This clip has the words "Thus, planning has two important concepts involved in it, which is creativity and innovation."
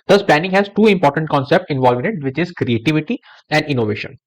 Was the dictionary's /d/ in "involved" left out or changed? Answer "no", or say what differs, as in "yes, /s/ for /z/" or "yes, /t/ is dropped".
yes, /d/ is dropped